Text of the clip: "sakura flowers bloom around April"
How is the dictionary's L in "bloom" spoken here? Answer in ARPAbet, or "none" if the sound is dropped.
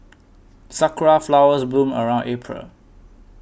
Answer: none